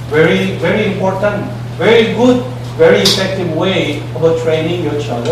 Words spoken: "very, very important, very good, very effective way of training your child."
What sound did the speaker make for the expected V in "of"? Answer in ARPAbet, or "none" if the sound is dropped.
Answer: B